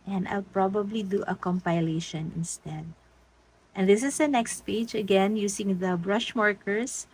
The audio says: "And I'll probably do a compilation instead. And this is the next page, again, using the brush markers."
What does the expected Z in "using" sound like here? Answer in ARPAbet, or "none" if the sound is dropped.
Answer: S